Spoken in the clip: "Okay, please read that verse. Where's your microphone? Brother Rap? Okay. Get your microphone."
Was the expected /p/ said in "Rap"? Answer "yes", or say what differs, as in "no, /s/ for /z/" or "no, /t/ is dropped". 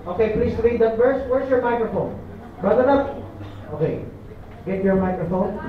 no, /p/ is dropped